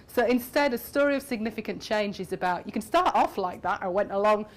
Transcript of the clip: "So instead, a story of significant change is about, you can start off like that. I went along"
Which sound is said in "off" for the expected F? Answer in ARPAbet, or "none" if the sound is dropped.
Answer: F